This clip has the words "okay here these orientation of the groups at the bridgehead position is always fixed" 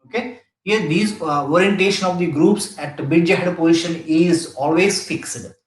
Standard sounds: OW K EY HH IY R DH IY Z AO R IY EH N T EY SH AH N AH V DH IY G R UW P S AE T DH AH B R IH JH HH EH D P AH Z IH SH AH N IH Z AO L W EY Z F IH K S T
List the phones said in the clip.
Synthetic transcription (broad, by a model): OW K EY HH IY R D IY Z AO R IY EH N T EY SH AH N AH V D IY G R UW P S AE T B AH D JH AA HH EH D P AH Z IH SH AH N IH Z AO L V EY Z F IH K S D